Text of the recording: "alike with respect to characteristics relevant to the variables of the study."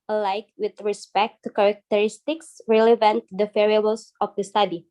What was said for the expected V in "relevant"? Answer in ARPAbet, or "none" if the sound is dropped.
V